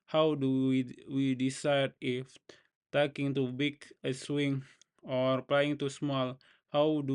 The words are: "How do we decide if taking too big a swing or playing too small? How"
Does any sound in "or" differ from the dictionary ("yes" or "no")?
no